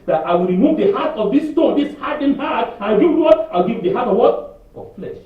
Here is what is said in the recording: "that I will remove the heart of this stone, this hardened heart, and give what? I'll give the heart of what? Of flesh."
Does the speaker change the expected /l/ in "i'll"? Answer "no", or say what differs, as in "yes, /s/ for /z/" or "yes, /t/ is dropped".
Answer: yes, /w/ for /l/